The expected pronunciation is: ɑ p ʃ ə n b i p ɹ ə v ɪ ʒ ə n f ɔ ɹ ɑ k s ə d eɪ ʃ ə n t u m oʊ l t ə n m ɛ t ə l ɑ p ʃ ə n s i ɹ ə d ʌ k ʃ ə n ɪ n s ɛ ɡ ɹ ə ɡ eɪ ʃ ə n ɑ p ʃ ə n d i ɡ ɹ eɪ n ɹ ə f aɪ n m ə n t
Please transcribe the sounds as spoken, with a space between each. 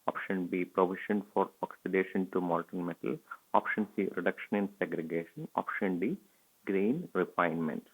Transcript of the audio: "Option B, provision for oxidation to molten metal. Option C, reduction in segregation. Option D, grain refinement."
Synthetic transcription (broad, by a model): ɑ p ʃ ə n b i p ɹ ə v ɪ ʃ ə n f ɔ ɹ ɑ k s ə d eɪ ʃ ə n t u m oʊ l t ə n m ɛ t ə l ɑ p ʃ ə n s i ɹ ə d ʌ k ʃ ə n ɪ n s ɛ ɡ ɹ ə ɡ eɪ ʃ ə n ɑ p ʃ ə n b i ɡ ɹ eɪ n ɹ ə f aɪ n m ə n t